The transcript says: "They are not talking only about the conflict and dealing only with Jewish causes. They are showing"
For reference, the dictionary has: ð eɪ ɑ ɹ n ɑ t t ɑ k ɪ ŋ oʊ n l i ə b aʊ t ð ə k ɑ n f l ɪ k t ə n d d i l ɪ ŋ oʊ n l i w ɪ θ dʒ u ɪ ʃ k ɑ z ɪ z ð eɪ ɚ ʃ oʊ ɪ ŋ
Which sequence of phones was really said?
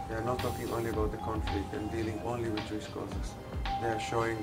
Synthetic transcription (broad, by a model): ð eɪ ɑ ɹ n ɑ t t ɑ k ɪ ŋ oʊ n l i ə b aʊ t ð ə k ɑ n f l ɪ k t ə n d d i l ɪ ŋ oʊ n l i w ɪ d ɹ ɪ s k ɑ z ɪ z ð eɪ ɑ ʃ oʊ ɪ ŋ